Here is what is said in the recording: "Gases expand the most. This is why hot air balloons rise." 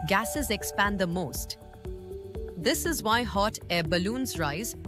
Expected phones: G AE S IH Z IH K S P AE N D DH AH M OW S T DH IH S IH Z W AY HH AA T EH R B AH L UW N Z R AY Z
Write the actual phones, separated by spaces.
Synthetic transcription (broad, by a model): G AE S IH Z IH K S P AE N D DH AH M OW S T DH IH S IH Z W AY HH AA T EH B AH L UW N Z R AY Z